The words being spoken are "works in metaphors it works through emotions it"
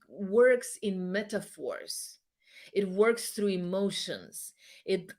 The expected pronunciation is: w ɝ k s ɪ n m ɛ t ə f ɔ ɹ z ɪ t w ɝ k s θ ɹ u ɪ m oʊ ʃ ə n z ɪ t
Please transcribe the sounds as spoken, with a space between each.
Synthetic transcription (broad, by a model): w ɝ k s ɪ n m ɛ t ə f ɔ ɹ z ɪ t w ɝ k s θ ɹ u ɪ m oʊ ʃ ə n z ɪ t